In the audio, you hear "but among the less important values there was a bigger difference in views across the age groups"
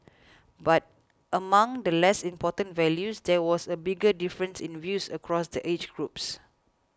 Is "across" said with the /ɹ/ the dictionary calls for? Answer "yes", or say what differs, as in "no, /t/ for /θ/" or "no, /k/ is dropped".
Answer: yes